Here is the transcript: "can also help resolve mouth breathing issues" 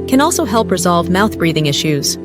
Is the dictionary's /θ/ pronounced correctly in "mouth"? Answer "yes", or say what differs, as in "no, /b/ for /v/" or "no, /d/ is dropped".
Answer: yes